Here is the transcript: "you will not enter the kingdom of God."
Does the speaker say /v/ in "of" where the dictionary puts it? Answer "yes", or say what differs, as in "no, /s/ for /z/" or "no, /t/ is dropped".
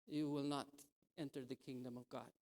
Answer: yes